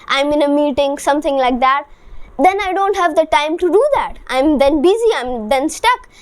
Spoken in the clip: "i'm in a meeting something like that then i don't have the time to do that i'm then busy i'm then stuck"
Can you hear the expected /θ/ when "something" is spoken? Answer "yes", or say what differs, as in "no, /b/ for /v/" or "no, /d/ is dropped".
no, /t/ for /θ/